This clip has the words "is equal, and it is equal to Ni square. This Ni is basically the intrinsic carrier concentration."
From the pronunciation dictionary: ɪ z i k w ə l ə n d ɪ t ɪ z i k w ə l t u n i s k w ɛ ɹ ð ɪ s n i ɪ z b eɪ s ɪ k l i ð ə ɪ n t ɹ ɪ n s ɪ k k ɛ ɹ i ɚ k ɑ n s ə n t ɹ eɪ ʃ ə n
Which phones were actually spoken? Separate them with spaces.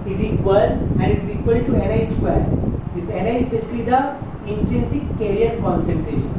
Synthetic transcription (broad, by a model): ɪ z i k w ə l ə n d ɪ t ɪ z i k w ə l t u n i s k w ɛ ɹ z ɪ n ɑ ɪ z b eɪ s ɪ k l i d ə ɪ n t ɹ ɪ n s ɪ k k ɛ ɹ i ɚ k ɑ n s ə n t ɹ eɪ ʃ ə n